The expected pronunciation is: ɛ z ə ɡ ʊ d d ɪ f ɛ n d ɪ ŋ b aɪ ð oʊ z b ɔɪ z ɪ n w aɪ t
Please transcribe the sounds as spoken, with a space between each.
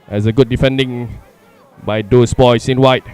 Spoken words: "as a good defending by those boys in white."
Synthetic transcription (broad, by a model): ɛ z ə ɡ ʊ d d ɪ f ɛ n d ɪ ŋ b aɪ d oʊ s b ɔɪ s ɪ n w aɪ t